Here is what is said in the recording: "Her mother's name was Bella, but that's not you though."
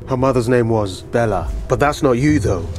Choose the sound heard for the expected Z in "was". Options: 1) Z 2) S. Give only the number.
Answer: 1